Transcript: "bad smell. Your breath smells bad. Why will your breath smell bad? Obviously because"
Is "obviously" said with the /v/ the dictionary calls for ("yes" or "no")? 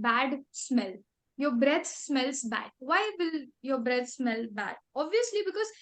yes